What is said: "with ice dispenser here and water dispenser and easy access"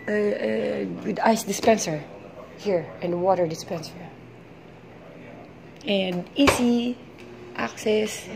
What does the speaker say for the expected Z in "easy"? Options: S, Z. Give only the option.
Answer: S